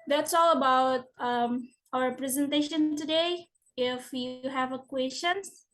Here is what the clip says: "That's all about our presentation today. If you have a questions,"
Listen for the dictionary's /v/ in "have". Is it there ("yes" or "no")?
yes